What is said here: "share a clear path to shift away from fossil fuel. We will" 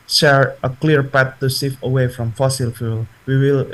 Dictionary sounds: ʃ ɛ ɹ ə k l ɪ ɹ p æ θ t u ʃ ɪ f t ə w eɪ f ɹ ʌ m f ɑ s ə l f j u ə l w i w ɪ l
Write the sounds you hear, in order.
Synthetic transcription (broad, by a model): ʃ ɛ ɹ ə k l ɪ ɹ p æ t u s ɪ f ə w eɪ f ɹ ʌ m f ɑ s ə l f j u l w i w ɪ l